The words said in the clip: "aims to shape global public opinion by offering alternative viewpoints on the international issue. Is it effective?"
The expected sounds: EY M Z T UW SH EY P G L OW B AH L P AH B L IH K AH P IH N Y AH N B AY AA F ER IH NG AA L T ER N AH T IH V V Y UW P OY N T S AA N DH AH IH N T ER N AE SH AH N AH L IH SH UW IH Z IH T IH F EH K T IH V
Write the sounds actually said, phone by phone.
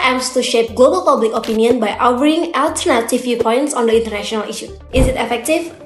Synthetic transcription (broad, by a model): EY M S T UW SH EY P G L OW B AH L P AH B L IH K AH P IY N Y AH N B AY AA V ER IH NG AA L T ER N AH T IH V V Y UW P OY N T S AA N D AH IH N T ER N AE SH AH N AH L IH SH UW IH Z IH T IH F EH K T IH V